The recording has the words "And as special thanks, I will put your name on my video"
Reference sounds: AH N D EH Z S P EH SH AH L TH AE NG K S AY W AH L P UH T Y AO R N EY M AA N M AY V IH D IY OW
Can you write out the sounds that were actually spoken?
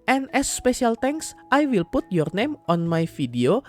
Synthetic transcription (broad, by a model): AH N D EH S P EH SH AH L T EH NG K S AY W AH L P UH T Y AO R N EY M AA N M AY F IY D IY OW